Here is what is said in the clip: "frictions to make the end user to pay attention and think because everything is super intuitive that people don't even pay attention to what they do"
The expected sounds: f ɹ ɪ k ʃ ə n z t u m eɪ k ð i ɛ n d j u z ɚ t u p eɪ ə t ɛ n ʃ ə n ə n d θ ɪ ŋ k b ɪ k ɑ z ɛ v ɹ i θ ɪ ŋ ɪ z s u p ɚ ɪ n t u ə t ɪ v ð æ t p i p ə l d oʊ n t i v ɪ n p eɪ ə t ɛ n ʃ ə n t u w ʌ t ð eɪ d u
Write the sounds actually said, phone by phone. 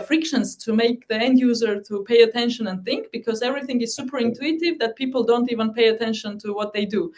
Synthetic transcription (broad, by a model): f ɹ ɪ k ʃ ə n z t u m eɪ k ð i ɛ n d j u z ɚ t u p eɪ ə t ɛ n ʃ ə n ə n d θ ɪ ŋ k b ɪ k ɑ z ɛ v ɹ i θ ɪ ŋ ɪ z s u p ɚ ɪ n t u ə t ɪ v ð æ t p i p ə l d oʊ n t i v ɪ n p eɪ ə t ɛ n ʃ ə n t u w ʌ t ð eɪ d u